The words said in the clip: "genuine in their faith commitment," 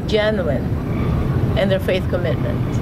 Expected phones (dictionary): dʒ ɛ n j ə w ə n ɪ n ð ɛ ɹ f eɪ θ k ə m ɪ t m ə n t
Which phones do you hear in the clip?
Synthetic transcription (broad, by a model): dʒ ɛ n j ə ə n ɪ n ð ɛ ɹ f eɪ θ k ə m ɪ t m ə n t